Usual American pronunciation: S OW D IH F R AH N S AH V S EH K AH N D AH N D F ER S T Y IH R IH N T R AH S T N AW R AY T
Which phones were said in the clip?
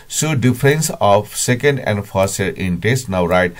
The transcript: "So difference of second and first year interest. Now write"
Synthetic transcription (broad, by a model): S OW D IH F R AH N S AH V S EH K AH N D AH N D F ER T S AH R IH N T AH S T N AW R AY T